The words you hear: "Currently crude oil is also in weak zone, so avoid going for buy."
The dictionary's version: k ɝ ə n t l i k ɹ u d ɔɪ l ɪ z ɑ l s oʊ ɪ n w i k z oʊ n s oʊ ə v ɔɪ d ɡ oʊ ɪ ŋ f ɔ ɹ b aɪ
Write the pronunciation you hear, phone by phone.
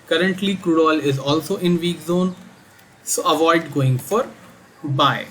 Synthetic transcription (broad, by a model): k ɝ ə n t l i k ɹ u d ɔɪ l ɪ z ɑ l s oʊ ɪ n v i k z oʊ n s oʊ ə v ɔɪ d ɡ oʊ ɪ ŋ f ɔ ɹ b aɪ